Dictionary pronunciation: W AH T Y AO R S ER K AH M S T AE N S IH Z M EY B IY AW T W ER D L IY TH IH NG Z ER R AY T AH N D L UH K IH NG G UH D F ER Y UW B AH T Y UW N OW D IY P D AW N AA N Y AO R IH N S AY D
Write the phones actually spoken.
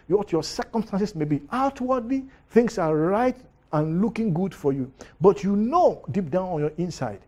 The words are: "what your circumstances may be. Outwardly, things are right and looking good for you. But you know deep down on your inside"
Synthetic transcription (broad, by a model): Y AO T Y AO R S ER K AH M S T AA N S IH S M EY B IY AW T W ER D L IY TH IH NG S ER R AY T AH N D L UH K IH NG G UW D F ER Y UW B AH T Y UW N OW D IY P D AW N AA N Y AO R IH N S AY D